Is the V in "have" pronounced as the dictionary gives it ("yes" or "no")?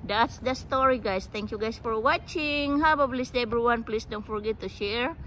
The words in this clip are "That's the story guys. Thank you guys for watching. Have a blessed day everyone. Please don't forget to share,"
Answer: no